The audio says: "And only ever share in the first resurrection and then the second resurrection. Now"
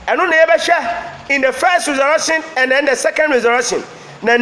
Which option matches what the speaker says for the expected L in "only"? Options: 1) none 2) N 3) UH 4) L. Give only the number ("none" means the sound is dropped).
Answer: 1